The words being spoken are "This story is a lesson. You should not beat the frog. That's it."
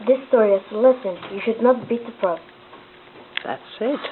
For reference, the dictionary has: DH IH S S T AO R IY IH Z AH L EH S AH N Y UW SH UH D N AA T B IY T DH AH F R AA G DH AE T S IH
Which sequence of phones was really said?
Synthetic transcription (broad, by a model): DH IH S S T AO R IY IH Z AH L EH S AH N Y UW SH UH D N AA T B IY T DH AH P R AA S DH AE T S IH